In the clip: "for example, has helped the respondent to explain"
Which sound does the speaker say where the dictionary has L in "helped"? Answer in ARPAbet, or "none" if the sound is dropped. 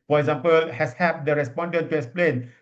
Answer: none